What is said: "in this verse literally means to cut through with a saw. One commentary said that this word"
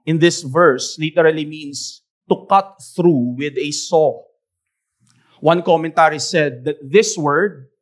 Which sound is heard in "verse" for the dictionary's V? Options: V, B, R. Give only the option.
V